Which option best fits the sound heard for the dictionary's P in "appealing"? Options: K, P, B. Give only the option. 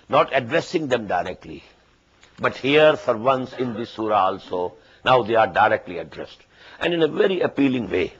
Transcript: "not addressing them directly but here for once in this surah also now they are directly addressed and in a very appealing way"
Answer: P